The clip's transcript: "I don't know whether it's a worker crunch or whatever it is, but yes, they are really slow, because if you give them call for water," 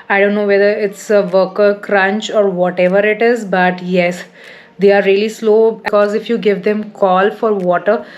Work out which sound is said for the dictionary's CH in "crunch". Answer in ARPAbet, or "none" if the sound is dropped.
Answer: CH